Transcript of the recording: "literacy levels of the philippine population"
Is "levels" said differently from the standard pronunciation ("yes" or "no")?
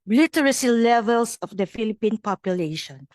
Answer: yes